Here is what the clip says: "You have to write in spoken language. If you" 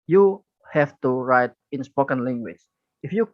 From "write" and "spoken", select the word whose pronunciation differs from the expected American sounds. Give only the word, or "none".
none